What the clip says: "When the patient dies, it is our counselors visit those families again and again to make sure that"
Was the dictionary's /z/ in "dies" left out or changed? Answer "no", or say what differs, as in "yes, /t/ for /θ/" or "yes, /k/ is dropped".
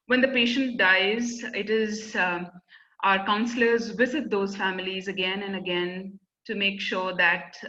no